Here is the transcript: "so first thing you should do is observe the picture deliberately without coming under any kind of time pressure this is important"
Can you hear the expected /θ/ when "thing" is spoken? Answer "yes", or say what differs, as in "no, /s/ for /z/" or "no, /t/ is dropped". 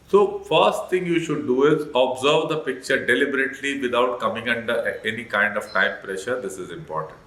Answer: no, /t/ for /θ/